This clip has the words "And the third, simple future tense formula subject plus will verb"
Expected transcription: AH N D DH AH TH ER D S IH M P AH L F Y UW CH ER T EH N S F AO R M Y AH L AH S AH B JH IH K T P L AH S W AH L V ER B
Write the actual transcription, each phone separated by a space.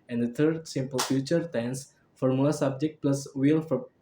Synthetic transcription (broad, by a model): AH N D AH T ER D S IH M P AH L F Y UW CH ER T EH N S F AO R M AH L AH S AH B JH IH K T P L AH S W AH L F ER